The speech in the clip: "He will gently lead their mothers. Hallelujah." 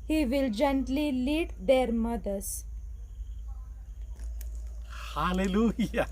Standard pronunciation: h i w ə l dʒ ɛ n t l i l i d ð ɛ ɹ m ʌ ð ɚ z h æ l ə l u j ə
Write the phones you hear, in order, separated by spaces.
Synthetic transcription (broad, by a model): h i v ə l dʒ ɛ n t l i l i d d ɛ ɹ m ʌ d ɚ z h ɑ l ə l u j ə